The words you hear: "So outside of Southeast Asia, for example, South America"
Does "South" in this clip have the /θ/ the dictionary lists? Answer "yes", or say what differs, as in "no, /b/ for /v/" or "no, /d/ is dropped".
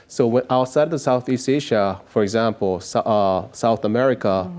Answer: yes